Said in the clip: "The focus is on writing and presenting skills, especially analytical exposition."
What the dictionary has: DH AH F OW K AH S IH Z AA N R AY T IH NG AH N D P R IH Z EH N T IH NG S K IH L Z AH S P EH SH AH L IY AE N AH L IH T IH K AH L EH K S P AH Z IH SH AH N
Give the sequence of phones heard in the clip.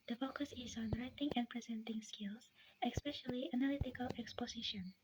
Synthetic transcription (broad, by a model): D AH F OW K AH S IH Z AA N R AY T IH NG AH N P R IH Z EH N T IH NG S K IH L S AH S P EH SH AH L IY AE N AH L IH T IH K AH L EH K S P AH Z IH SH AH N